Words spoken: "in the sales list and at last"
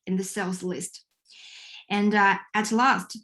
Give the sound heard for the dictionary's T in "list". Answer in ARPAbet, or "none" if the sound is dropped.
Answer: T